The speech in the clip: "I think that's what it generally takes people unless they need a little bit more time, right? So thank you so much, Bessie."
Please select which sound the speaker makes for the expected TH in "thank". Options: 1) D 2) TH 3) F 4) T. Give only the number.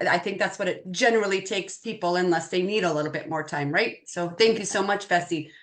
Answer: 2